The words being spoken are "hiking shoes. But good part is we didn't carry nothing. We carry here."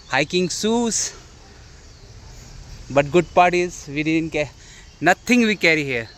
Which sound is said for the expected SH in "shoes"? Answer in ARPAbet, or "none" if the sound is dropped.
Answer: S